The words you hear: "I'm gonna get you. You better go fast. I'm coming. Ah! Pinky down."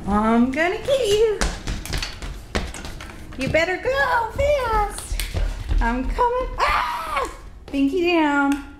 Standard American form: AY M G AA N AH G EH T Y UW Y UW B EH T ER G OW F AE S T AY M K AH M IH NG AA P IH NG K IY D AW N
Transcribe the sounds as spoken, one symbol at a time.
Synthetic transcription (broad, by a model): AY M G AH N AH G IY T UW Y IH B EH T ER G OW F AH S AY M K AH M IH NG AA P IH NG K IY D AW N